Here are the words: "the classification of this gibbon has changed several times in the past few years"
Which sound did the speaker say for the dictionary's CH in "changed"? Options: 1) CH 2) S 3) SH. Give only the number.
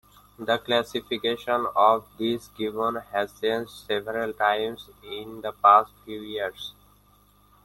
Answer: 2